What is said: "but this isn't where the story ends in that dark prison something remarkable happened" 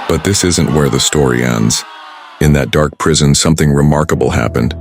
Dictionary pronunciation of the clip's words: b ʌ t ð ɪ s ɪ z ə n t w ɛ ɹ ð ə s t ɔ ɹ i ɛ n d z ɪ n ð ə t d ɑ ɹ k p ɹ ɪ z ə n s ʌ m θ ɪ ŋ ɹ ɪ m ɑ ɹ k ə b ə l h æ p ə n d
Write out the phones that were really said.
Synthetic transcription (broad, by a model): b ʌ t ð ɪ s ɪ z ə n t w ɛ ɹ ð ə s t ɔ ɹ i ɛ n d z ɪ n ð ə t d ɑ ɹ k p ɹ ɪ z ə n s ʌ m θ ɪ ŋ ɹ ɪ m ɑ ɹ k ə b l h æ p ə n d